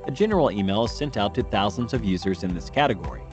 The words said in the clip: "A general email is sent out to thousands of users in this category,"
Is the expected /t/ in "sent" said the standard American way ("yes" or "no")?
yes